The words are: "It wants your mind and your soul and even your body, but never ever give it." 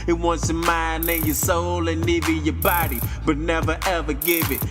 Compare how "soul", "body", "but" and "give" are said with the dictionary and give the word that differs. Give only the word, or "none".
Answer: none